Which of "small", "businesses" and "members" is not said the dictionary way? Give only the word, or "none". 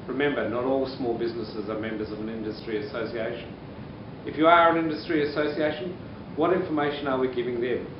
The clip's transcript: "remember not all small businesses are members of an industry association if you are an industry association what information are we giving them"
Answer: none